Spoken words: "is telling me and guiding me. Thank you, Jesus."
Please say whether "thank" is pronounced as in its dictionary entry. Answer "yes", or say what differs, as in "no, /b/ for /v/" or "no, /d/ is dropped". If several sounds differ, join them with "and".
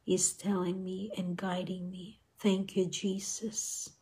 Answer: yes